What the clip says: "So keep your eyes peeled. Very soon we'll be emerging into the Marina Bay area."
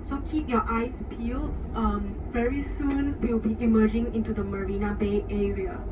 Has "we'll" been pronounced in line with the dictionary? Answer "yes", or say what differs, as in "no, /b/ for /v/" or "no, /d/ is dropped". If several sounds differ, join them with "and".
no, /w/ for /l/